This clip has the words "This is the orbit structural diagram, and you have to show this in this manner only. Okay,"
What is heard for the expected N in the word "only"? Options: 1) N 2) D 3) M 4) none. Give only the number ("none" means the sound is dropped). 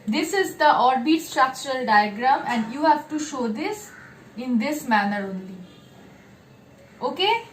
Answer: 1